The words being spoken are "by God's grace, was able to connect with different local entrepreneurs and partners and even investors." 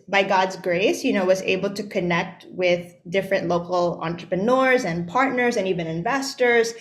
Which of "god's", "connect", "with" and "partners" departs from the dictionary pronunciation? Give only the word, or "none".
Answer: none